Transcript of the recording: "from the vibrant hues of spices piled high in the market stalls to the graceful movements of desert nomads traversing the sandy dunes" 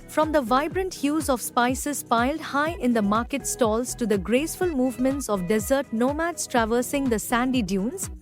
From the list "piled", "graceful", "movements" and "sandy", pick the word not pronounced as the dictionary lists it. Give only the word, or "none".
none